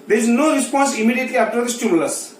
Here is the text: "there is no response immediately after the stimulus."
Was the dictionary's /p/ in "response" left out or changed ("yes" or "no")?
no